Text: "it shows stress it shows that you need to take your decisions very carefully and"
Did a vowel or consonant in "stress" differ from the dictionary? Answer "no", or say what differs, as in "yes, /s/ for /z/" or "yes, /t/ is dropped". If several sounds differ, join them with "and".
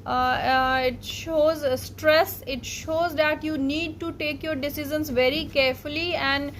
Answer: no